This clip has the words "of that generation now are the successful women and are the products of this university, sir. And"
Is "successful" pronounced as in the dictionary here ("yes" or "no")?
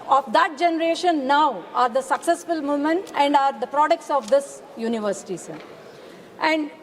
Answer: yes